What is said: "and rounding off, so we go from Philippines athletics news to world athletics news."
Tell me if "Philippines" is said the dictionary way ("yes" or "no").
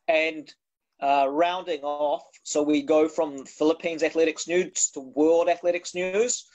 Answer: yes